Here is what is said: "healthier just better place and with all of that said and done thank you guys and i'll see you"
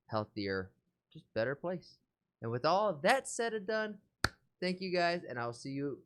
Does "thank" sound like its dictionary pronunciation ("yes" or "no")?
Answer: yes